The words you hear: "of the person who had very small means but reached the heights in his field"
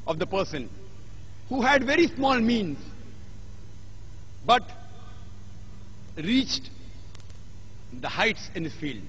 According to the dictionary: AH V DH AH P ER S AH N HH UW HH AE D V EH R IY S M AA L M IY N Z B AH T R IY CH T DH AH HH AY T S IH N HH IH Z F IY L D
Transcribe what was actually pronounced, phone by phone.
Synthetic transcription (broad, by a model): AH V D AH P ER S AH N HH UW HH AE D V EH R IY S M AA L M IY N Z B AH T R IY CH T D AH HH AY T S IH N HH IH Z F IY L D